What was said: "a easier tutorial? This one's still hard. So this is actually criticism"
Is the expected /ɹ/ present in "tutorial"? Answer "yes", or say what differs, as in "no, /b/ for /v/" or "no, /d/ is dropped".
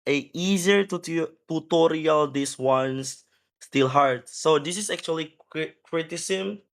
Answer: yes